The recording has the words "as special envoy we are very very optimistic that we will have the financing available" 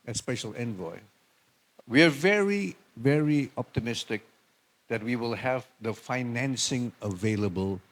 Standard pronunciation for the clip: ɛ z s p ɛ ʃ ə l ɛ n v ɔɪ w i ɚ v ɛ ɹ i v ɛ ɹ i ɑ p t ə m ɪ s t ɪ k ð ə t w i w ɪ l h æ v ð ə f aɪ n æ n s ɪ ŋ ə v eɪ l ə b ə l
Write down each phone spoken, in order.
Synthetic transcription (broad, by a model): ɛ s p ɛ ʃ ə l ɛ n v ɔɪ w i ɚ v ɛ ɹ i v ɛ ɹ i ɑ p t ə m ɪ s t ɪ k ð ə t w i w ɪ l h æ v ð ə f aɪ n æ n s ɪ ŋ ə v eɪ l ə b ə l